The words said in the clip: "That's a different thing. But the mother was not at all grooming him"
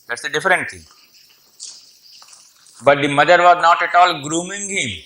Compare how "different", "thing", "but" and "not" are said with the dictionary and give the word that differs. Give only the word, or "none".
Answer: thing